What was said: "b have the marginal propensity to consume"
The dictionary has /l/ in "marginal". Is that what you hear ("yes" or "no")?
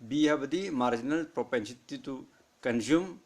yes